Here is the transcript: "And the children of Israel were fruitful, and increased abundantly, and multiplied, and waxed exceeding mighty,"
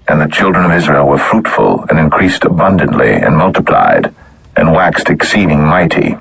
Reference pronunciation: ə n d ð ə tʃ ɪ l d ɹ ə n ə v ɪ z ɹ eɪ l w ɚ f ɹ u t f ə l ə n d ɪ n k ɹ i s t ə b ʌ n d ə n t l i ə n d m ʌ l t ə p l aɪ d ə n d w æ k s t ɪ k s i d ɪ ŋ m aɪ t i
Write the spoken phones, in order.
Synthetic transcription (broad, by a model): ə n ð ə tʃ ɪ l d ɹ ə n ə v ɪ z ɹ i l w ɚ f ɹ u t f ə l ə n ɪ n k ɹ i s t ə b ʌ n d ə n t l i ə n m ʌ l t ə p l aɪ d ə n w æ k s t ɪ k s i d ɪ ŋ m aɪ t i